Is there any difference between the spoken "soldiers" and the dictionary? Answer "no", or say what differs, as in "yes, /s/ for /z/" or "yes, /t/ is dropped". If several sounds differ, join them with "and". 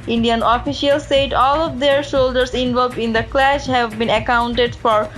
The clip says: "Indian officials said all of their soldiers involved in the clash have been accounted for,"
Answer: yes, /ʃ/ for /s/